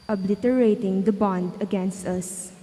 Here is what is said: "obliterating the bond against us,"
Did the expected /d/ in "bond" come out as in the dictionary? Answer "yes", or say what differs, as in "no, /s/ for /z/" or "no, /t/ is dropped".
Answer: yes